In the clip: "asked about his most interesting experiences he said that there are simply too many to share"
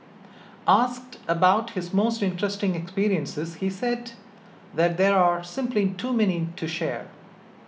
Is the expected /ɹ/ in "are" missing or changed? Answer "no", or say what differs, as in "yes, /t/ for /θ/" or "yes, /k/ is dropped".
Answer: no